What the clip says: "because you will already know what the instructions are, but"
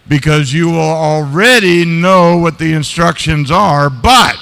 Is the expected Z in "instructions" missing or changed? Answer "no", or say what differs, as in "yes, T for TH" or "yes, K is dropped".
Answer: no